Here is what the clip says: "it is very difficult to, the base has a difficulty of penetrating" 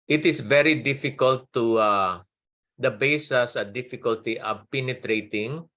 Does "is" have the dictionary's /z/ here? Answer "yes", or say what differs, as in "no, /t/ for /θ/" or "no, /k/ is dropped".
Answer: no, /s/ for /z/